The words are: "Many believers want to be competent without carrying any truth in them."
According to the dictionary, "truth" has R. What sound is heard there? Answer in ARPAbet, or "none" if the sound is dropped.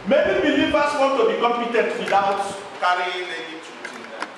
none